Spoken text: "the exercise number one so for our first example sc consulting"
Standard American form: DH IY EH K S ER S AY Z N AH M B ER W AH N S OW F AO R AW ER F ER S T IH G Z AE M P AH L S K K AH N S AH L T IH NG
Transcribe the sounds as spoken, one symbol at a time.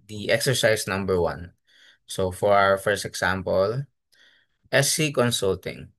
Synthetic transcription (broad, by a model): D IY EH K S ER S AY S N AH M B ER W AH N S OW F AO R AW ER F ER S T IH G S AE M P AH L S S K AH N S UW L T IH NG